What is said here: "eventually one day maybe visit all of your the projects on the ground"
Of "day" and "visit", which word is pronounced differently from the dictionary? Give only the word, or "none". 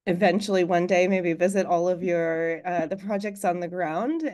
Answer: none